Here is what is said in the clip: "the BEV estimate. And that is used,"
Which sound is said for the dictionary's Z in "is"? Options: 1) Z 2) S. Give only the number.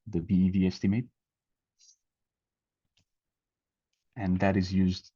1